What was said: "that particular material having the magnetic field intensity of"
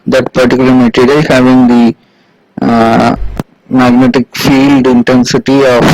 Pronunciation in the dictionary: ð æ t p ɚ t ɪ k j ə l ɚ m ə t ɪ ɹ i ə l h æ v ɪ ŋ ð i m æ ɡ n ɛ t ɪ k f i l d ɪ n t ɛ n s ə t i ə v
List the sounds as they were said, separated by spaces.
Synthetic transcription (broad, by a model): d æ t p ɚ t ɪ k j l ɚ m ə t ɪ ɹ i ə h æ v ɪ ŋ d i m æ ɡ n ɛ t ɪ k f i l d ɪ n t ɛ n s ə t i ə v